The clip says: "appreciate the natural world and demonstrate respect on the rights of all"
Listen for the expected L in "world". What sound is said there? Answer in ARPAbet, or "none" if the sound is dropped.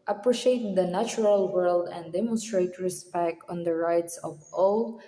L